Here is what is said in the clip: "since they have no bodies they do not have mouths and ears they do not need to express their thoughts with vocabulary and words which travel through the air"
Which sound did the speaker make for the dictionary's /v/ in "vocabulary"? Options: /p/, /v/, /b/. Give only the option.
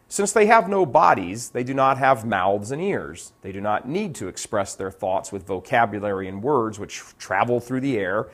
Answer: /v/